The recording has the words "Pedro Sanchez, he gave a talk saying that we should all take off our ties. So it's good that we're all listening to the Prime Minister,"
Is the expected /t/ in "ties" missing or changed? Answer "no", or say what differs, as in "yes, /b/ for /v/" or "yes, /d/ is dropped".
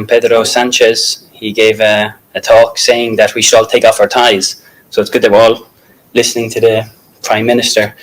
no